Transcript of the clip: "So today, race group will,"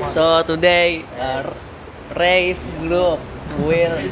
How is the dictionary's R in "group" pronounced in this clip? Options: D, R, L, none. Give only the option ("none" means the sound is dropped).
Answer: L